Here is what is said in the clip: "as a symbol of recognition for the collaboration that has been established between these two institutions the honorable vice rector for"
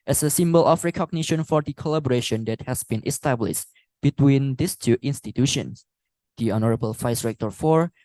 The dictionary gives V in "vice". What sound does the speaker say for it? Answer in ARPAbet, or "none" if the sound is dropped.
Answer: F